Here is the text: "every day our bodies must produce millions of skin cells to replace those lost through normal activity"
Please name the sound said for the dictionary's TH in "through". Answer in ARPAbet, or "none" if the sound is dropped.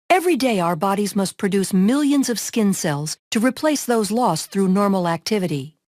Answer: TH